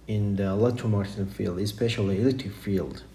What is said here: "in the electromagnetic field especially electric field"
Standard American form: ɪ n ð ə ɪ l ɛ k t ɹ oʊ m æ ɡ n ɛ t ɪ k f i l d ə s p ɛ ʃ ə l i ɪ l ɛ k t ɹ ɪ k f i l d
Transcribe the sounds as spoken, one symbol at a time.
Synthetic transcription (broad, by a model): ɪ n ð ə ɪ l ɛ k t oʊ m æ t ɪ f i l d ə s p ɛ ʃ ə l i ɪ l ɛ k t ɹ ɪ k f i l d